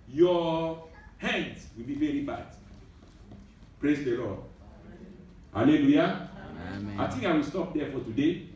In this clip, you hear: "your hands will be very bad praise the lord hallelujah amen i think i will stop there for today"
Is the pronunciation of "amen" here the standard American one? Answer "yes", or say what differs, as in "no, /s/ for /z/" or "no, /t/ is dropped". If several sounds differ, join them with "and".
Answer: no, /m/ is dropped